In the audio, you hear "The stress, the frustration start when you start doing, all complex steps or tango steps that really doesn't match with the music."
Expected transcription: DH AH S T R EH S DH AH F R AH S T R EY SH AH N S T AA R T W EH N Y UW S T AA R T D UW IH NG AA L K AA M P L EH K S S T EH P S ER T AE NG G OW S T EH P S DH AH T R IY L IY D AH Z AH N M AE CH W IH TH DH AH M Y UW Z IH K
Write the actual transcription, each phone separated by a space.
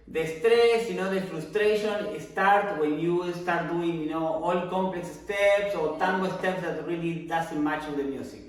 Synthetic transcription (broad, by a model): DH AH S T R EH S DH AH F R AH S T R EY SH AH N S T AA R T W EH N Y UW S T AA R T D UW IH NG AA L K AA M P L EH K S S T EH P S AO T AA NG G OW S T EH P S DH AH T R IY L IY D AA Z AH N M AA CH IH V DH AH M Y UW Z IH K